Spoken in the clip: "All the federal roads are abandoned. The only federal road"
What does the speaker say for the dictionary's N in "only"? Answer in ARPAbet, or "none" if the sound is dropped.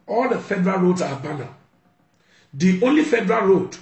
N